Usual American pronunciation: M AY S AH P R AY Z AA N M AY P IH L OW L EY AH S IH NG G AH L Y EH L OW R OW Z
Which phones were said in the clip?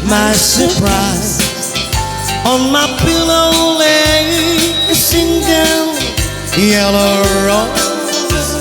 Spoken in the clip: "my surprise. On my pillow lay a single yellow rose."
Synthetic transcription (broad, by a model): M AY S AH P R AY Z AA N M AY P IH L OW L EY AH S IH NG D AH N Y EH L OW R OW